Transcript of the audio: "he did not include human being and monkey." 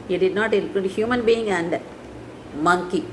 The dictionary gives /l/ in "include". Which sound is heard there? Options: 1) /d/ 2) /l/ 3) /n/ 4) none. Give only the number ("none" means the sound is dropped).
4